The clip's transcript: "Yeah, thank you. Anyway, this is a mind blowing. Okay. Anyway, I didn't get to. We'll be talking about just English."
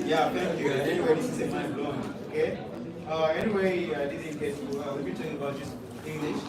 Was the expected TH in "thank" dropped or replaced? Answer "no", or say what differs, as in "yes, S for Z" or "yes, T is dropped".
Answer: yes, F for TH